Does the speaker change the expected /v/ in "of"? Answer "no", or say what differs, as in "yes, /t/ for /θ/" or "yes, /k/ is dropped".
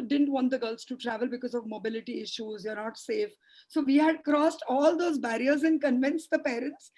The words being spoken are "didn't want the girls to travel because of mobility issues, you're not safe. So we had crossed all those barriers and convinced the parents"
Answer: no